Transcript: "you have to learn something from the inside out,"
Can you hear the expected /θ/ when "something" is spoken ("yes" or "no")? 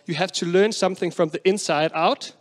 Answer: yes